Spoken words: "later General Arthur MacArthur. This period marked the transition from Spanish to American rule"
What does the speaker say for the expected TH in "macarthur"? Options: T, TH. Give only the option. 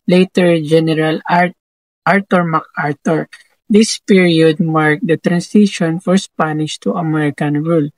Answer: T